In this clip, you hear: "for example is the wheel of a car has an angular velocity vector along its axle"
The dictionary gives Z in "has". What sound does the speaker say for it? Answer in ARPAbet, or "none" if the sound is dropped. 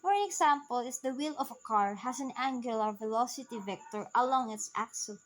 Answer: S